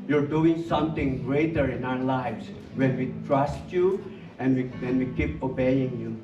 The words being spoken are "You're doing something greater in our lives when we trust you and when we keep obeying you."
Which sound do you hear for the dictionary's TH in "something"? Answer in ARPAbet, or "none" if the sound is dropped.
T